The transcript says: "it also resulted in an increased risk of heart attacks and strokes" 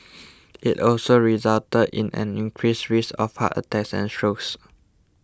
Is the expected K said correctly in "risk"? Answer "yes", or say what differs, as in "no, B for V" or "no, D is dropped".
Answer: no, K is dropped